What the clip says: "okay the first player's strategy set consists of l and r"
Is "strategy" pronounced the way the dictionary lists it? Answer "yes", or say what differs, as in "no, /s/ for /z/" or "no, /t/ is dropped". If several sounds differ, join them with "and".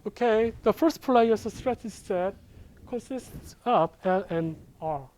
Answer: no, /tʃ/ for /dʒ/